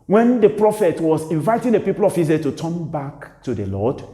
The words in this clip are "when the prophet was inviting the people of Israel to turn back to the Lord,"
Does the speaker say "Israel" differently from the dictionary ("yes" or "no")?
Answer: yes